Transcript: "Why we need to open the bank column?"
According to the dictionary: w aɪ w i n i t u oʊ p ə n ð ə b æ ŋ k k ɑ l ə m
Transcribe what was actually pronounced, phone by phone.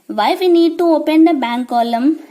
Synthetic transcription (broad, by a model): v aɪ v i n i t u oʊ p ə n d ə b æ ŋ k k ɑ l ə m